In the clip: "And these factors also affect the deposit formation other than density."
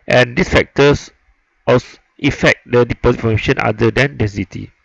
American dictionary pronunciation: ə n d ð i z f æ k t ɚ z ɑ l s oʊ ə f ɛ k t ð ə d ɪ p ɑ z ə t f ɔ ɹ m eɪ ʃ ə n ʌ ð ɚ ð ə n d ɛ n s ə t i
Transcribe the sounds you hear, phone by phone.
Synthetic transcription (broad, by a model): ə n d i s f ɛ k t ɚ s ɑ s ə f ɛ k t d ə d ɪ p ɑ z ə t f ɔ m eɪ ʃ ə n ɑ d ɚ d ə n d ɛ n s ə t i